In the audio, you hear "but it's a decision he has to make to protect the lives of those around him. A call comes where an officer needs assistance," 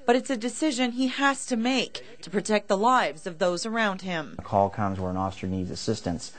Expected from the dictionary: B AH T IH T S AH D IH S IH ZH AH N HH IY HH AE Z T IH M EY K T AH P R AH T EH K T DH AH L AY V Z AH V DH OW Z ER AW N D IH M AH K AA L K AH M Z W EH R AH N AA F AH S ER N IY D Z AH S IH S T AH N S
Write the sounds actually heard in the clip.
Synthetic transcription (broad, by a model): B AH T IH T S AH D IH S IH ZH AH N IY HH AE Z T IH M EY K T AH P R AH T EH K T DH AH L AY V Z AH V DH OW Z ER AW N D IH M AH K AA L K AH M Z W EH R AH N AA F S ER N IY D Z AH S IH S T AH N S